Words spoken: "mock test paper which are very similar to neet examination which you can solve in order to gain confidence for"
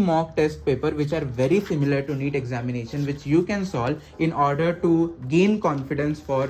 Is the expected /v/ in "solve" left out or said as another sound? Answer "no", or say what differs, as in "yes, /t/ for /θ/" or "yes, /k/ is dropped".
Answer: yes, /v/ is dropped